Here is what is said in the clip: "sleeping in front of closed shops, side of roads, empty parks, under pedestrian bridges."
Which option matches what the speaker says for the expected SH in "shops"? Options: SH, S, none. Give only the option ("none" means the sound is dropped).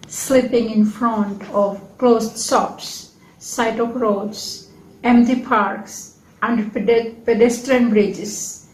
S